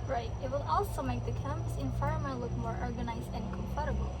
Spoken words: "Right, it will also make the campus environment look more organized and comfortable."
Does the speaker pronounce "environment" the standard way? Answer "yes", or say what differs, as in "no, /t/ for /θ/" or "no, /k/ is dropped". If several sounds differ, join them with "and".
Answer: no, /f/ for /v/